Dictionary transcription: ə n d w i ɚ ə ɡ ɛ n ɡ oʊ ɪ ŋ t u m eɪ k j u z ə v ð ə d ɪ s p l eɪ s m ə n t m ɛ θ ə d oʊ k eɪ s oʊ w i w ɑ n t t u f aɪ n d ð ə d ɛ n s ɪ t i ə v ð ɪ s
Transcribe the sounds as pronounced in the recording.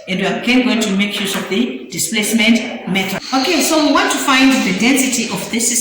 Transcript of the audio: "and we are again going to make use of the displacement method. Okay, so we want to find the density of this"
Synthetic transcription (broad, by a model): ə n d w i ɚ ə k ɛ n ɡ oʊ ɪ ŋ t u m eɪ k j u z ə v ð ə d ɪ s p l eɪ s m ə n t m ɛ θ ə oʊ k eɪ s oʊ w i w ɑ n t t u f aɪ n d ð ə d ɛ n s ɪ t i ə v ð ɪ s